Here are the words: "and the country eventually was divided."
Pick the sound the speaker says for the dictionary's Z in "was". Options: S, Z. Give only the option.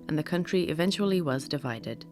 Z